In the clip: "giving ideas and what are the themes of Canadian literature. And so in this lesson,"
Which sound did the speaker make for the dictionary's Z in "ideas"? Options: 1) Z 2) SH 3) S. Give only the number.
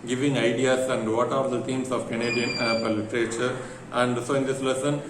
3